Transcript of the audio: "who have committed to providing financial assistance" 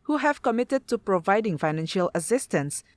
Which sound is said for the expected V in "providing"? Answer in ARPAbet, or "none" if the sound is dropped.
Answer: V